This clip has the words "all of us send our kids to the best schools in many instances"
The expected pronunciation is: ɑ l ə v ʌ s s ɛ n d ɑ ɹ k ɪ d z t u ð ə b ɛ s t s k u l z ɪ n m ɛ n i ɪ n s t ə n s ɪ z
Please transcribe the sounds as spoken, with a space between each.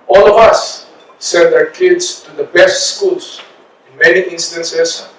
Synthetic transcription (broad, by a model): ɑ l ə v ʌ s s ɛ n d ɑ k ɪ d s t u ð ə b ɛ s t s k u l s ɪ n m ɛ n i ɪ n s t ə n s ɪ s